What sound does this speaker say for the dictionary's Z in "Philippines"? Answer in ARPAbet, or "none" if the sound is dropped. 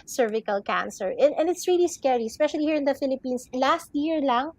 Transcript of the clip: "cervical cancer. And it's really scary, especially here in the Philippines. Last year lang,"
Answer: S